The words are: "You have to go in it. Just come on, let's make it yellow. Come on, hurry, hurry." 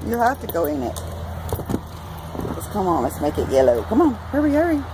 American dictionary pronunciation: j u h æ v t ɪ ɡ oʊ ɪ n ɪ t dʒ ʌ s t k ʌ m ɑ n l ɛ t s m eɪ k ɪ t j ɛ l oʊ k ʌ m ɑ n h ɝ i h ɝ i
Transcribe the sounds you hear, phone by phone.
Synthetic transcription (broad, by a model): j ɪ h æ f t ɪ ɡ oʊ ɪ n ɪ t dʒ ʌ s k ʌ m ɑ n l ɛ t s m eɪ k ɪ t j ɛ l oʊ k ʌ m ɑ n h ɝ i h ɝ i